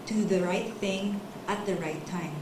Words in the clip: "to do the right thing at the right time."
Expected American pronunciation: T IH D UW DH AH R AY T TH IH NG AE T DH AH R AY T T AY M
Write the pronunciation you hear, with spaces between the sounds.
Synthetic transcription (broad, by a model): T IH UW DH AH R AY T TH IH NG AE T DH AH R AY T T AY M